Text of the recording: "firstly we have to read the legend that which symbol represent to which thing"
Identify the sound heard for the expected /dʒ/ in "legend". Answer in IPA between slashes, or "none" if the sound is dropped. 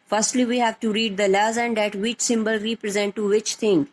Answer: /z/